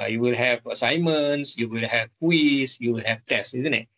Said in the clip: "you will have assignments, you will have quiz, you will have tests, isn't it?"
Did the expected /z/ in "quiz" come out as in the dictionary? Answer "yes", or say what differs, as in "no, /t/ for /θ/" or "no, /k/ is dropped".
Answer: no, /s/ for /z/